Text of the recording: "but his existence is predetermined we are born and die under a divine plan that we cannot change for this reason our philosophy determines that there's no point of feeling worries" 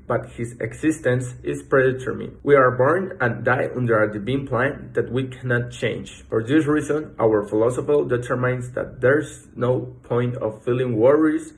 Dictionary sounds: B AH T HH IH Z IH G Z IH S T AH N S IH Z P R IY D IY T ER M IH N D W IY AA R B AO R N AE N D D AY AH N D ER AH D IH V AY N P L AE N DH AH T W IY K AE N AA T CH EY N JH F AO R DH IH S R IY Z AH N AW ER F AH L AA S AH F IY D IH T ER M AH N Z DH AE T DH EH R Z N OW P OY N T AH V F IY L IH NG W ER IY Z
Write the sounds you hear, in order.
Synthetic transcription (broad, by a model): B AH T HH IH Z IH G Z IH S T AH N S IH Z P R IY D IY T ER M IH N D W IY AA R B AO R N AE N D D AY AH N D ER AH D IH B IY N P L AE N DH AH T W IY K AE N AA T CH EY N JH F AO R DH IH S R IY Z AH N AW ER F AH L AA S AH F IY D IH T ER M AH N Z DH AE T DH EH R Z N OW P OY N T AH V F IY L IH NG W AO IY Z